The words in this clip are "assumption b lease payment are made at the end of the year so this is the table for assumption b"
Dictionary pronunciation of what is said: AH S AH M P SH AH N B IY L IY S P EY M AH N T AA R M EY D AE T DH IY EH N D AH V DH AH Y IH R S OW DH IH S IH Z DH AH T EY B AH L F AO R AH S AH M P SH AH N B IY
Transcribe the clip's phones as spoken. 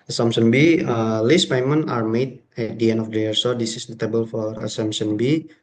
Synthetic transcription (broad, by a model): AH S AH M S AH N B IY L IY S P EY M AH N AA R M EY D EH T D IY EH N D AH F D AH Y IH R S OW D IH S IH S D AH T EY B AH L F AO R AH S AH M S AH N B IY